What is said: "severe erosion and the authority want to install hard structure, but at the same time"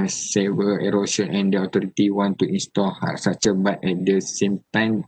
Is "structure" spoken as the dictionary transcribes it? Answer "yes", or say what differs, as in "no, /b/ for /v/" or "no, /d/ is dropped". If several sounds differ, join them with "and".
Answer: no, /k/ is dropped